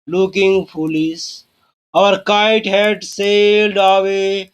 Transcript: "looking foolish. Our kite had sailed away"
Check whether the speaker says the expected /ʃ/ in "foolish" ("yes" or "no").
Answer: no